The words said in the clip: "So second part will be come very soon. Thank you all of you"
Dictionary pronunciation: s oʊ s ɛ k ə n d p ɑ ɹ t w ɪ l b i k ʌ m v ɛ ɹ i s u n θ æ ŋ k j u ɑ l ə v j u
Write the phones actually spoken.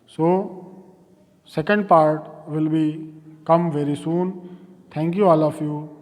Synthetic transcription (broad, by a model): s oʊ s ɛ k ə n d p ɑ ɹ t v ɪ l b i k ʌ m v ɛ ɹ i s u n t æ ŋ k j u ɑ l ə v j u